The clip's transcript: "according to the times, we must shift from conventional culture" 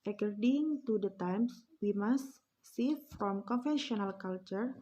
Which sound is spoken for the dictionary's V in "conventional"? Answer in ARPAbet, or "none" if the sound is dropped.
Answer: F